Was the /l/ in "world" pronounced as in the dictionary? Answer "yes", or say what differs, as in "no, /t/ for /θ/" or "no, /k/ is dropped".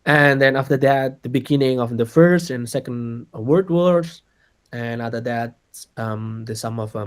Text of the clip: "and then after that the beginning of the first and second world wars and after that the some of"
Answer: no, /l/ is dropped